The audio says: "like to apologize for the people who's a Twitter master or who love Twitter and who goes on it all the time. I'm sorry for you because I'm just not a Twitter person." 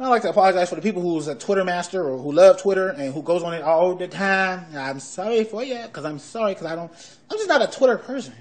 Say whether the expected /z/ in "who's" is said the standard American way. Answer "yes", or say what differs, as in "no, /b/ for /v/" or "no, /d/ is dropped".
yes